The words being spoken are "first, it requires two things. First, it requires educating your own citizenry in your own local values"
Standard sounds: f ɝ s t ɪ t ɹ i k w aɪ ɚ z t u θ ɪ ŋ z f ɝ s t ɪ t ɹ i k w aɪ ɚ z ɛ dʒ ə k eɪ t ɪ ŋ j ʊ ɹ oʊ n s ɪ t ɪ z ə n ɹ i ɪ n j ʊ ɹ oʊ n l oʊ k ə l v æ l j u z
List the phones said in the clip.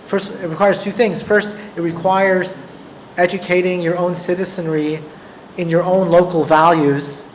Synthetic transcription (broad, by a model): f ɝ s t ɪ t ɹ i k w aɪ ɚ z t u θ ɪ ŋ z f ɝ s t ɪ t ɹ i k w aɪ ɚ z ɛ dʒ ə k eɪ t ɪ ŋ j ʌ ɹ oʊ n s ɪ t ɪ z ə n ɹ i ɪ n j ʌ ɹ oʊ n l oʊ k l v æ l j u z